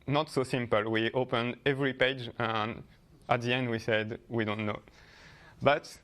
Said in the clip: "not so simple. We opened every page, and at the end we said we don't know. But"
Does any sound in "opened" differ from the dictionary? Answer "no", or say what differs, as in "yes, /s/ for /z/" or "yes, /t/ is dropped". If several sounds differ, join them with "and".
no